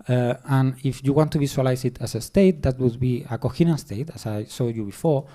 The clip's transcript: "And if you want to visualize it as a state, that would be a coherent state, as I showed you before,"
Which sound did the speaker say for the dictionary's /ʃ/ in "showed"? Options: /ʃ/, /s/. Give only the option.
/s/